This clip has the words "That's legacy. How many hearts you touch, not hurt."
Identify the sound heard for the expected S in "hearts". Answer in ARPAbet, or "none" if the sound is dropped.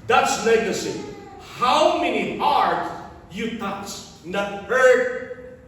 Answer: none